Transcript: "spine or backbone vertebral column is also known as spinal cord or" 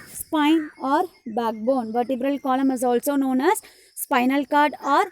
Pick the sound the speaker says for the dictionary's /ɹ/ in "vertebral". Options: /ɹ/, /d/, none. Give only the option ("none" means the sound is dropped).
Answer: /ɹ/